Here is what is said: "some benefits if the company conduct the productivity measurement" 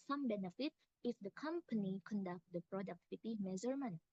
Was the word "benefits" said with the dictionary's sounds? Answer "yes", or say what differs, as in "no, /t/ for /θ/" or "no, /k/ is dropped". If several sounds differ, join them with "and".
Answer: no, /s/ is dropped